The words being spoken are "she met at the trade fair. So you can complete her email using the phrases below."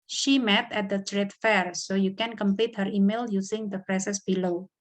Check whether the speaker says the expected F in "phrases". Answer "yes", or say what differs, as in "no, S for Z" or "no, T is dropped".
no, P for F